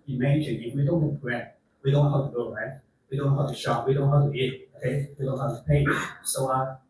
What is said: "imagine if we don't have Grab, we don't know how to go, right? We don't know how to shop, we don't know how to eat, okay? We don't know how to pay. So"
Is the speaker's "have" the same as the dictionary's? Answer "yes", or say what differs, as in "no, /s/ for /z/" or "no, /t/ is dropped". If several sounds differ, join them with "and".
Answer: no, /p/ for /v/